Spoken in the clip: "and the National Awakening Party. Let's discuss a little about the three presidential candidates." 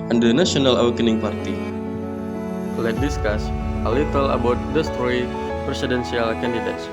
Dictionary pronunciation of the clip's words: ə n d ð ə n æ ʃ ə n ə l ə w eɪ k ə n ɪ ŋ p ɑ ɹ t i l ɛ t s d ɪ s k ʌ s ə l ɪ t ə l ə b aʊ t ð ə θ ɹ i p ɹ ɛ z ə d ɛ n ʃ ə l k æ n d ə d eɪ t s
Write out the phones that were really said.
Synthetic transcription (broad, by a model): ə n d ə n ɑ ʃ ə n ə l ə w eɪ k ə n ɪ ŋ p ɑ ɹ t i l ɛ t d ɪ s k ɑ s ə l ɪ t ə l ə b aʊ t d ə t ɹ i p ɹ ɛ s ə d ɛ n s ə l k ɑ n d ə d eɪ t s